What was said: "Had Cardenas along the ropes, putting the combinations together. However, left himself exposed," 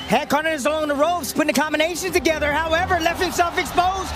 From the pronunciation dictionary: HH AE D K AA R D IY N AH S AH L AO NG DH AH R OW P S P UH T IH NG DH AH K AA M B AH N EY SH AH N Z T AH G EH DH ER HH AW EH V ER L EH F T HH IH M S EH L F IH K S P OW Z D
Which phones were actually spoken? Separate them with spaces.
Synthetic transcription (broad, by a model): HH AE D K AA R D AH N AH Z AH L AO NG DH AH R OW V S P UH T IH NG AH K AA M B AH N EY SH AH N T AH G EH DH ER HH AW EH V ER L EH F T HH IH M S EH L F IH K S P OW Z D